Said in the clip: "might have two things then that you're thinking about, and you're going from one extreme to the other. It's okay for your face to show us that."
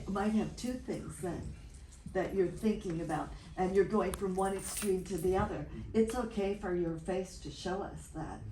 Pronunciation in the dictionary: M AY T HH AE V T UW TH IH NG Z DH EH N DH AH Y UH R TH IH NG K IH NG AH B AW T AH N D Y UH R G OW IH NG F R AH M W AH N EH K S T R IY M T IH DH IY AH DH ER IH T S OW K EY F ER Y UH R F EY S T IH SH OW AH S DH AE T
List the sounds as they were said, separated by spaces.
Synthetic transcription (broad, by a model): M AY T HH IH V T UW TH IH NG Z DH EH N DH AH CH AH R TH IH NG K IH NG AH B AW T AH N Y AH R G OW IH NG F R AH M W AH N EH K S T R IY M T IH DH IY AH DH ER IH T S OW K EY F ER Y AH R F EY S T IH SH OW AH S DH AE T